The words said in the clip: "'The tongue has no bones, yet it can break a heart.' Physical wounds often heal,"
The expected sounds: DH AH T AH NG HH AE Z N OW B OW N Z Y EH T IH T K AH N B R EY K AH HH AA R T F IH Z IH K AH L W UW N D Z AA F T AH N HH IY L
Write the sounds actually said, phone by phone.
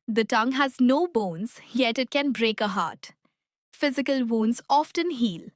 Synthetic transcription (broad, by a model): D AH T AH NG HH AE Z N OW B OW N Z Y EH T IH T K AH N B R EY K AH HH AA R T F IH Z IH K AH L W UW N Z AA F T AH N HH IY L